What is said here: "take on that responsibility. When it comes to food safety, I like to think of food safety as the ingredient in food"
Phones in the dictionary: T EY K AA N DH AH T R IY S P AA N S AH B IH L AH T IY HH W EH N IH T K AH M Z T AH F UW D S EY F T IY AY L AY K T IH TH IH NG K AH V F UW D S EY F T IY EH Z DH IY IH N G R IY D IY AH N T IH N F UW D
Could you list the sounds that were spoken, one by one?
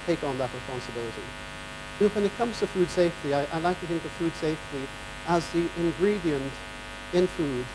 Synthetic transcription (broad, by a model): T EY K N DH AH T R IY S P AA N S AH B IH L AH T IY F W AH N IH T K AH M Z T AH F UW D S EY F T IY AY L AY K T IH TH IH NG K AH V F UW D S EY F T IY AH Z DH IY IH N G R IY D IY AH N T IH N F UW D